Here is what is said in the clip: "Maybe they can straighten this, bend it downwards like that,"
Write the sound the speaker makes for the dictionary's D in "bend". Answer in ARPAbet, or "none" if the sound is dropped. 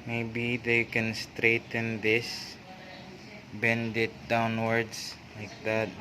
D